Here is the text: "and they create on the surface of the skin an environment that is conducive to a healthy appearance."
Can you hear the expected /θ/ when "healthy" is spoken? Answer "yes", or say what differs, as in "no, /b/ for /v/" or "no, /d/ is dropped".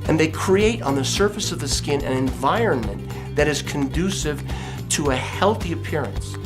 yes